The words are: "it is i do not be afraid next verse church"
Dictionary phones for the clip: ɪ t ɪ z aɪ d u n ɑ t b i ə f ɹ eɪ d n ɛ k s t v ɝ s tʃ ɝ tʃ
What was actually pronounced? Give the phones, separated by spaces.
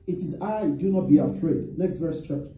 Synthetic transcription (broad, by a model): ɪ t ɪ z aɪ d u n ɑ t b i ə f ɹ eɪ d n ɛ k s t v ɝ s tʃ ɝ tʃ